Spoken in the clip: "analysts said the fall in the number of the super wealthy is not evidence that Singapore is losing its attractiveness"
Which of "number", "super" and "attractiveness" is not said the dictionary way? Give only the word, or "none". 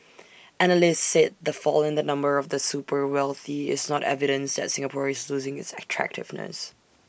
none